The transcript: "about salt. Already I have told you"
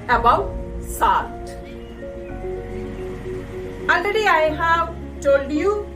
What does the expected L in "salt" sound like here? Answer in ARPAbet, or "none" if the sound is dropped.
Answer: none